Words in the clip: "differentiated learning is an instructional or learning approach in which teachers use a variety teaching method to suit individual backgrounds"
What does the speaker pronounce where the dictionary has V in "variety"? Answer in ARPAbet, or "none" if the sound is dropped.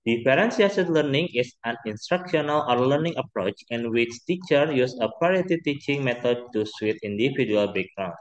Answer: P